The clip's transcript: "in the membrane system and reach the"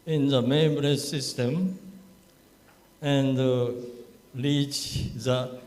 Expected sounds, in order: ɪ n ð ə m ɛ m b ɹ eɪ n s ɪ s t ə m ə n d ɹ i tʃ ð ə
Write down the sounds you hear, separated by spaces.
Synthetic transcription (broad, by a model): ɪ n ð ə m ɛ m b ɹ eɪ s ɪ s t ə m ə n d l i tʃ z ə